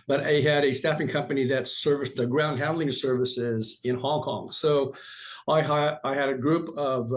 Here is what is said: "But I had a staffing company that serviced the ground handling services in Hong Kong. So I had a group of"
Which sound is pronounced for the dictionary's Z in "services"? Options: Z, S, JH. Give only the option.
Z